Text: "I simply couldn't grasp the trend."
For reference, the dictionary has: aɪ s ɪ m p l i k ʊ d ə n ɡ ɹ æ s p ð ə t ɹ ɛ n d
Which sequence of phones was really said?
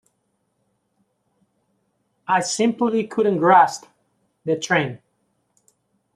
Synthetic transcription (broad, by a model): aɪ s ɪ m p l i k ʊ d ə n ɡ ɹ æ s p ð ə t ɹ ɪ n